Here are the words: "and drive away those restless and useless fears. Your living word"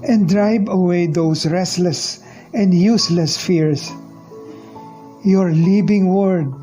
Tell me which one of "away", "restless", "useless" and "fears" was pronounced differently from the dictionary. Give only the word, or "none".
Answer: fears